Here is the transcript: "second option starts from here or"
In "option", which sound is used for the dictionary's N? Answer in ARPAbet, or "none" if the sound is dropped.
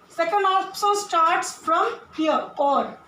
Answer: L